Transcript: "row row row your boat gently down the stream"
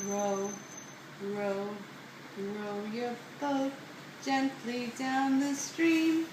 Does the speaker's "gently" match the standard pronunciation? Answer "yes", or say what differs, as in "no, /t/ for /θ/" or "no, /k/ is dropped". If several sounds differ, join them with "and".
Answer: yes